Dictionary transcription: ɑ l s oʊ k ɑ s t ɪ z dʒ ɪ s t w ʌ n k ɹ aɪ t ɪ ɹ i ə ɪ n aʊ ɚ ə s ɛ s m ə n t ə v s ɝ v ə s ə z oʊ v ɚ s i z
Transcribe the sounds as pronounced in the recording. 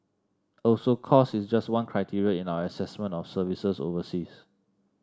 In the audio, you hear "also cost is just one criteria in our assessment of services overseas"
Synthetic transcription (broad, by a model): ɑ l s oʊ k ɑ s ɪ s dʒ ɪ s t w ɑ n k ɹ aɪ t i ɹ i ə ɪ n aʊ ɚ ə s ɛ s m ə n t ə f s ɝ v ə s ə s oʊ v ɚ s i s